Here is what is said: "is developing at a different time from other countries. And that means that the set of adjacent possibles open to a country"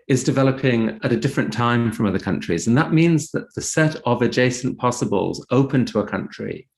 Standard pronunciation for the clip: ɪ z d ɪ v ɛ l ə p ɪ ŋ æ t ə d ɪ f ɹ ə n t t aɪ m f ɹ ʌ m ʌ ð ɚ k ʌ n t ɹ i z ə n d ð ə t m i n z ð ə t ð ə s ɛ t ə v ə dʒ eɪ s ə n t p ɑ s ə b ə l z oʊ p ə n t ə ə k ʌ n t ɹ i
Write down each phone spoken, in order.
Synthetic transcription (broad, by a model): ɪ z d ɪ v ɛ l ə p ɪ ŋ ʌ t ə d ɪ f ɹ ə n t t aɪ m f ɹ ʌ m ʌ ð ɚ k ʌ n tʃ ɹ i z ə n ð ə t m i n z ð ə t ð ə s ɛ t ə v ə dʒ eɪ s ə n p ɑ s ə b ə l z oʊ p ə n t ə ə k ʌ n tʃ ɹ i